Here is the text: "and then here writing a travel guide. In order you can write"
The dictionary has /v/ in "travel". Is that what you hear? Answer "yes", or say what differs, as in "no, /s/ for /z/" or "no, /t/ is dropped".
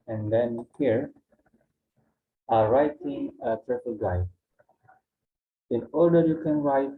no, /f/ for /v/